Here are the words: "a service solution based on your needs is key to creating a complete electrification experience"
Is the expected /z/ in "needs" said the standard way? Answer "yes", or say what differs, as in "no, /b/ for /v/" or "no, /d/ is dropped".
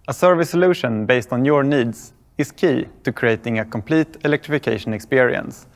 no, /s/ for /z/